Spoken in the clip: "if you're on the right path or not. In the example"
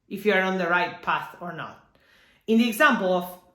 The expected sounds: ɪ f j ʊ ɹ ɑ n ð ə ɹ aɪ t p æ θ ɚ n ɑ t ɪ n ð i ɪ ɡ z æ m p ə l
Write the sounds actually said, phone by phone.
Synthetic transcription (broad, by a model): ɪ f j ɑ ɹ ɑ n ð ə ɹ aɪ t p æ θ ɚ n ɑ t ɪ n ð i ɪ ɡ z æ m p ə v